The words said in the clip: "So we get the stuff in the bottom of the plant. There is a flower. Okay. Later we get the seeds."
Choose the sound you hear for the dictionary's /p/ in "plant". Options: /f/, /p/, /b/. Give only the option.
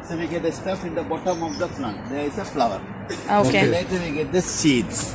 /f/